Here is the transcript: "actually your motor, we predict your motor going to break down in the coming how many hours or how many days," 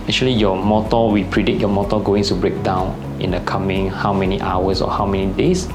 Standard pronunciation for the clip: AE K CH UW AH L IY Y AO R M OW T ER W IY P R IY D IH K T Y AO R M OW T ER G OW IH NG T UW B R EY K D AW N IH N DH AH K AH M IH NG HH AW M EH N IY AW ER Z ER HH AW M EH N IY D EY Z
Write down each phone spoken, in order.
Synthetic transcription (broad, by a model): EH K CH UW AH L IY Y AO M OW T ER W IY P R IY D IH T Y AO M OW T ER G OW IH NG T UW B R EY K D AW N IH N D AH K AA M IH NG HH AW M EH N IY AW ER S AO HH AW M EH N IY D EY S